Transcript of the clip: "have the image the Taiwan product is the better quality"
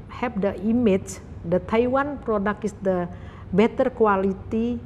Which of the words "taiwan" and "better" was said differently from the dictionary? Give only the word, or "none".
none